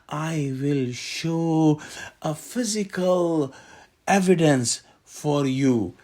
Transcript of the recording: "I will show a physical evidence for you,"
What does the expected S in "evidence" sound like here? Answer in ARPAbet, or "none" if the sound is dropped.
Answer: S